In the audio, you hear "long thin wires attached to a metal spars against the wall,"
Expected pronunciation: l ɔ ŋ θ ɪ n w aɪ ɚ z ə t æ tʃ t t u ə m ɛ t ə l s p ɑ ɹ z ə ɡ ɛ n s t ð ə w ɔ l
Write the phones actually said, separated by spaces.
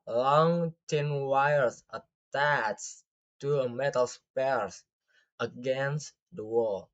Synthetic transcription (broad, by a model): l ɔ ŋ t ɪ n w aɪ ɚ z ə t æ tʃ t t u ə m ɛ t ə l s p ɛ ɹ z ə ɡ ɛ n s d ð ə w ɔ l